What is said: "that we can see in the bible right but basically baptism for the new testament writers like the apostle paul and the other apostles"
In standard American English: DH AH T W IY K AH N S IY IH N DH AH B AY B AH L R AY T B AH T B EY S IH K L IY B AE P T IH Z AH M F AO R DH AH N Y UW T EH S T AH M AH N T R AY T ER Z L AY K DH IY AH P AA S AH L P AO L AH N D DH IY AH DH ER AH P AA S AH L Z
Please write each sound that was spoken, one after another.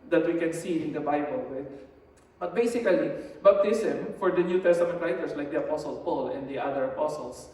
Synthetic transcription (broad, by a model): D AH T W IY K AH N S IY IH N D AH B AY B AH L W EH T B AH T B EY S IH K L IY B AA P T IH S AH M F AO R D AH N Y UW T EH S T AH M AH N T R AY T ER S L AY K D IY AH P AA S AH L P AO L AH N D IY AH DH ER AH P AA S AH L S